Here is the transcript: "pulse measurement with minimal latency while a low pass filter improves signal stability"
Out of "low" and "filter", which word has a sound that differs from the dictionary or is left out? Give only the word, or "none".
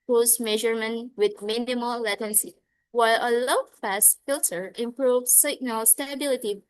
none